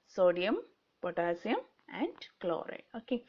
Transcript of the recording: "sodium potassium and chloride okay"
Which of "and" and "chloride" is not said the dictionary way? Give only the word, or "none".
chloride